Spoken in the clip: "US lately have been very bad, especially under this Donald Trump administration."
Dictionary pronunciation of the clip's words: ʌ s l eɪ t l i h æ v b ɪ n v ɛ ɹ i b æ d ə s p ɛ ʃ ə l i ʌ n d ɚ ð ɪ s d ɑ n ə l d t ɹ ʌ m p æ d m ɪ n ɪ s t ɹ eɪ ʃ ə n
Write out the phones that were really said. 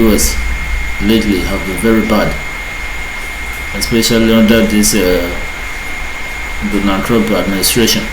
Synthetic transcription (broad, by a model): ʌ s l eɪ t l i h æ v b ɪ n v ɛ ɹ i b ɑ d ə s p ɛ ʃ ə l i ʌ n d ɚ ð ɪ s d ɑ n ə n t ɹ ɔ p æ d m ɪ n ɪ s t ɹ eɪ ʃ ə n